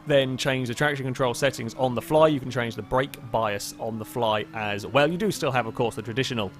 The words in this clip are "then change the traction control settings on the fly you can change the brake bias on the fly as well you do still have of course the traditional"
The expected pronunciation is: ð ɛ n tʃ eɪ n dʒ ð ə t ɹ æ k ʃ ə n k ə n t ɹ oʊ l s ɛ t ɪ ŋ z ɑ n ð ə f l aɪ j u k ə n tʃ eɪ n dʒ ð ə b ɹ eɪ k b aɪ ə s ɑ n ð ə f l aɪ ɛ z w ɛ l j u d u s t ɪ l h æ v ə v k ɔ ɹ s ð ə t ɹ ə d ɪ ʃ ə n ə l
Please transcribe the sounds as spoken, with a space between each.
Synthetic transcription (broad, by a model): ð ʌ n tʃ eɪ n dʒ ð ə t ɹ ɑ k ʃ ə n k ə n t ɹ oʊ l s ɛ t ɪ ŋ z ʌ n ð ə f l aɪ j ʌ k ə n tʃ eɪ n dʒ ð ə b ɹ eɪ k b aɪ ə s n ð ə f l aɪ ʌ z w ɛ l j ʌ d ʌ s t ɪ l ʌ v ə v k ɔ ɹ s ð ə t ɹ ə d ɪ ʃ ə n ə l